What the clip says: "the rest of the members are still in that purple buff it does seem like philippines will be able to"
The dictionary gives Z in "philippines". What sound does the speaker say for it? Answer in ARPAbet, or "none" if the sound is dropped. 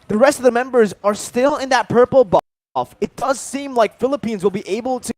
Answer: Z